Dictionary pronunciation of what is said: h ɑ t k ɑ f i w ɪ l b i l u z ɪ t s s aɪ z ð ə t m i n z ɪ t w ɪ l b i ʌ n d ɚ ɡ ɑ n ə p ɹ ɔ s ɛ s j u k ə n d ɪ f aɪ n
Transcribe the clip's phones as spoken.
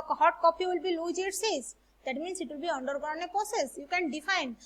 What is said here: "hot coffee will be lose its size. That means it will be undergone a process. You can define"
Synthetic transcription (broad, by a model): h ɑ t k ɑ p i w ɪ l b i l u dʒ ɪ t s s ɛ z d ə t m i n s ɪ t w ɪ l b i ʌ n d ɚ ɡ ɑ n ə p ɹ ɔ s ɛ s j u k ə n d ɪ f aɪ n